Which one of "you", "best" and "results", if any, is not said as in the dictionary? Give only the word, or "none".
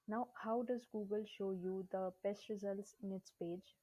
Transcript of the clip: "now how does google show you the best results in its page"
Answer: none